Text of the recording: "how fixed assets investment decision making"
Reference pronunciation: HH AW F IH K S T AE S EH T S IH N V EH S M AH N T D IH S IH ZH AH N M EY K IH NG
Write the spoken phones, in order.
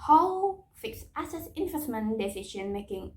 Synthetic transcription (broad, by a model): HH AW F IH K S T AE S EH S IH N F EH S M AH N D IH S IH SH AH N M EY K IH NG